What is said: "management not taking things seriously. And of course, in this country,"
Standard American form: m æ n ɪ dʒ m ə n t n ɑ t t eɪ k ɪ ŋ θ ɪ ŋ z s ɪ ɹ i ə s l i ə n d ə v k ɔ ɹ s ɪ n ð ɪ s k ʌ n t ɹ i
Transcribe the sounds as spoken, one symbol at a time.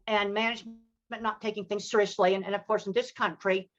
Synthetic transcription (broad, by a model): m æ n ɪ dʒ m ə n n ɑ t t eɪ k ɪ ŋ θ ɪ ŋ z s ɪ ɹ i ə s l i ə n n ə v k ɔ ɹ s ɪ n ð ɪ s k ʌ n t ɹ i